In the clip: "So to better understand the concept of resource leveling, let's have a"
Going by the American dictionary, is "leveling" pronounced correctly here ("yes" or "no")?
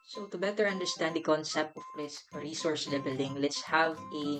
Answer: no